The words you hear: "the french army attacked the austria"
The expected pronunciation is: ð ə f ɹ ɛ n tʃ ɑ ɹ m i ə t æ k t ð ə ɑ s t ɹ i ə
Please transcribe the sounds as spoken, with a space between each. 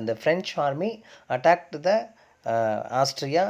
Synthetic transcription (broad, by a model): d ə f ɹ ɛ n tʃ ɑ ɹ m i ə t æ k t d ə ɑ s t ɹ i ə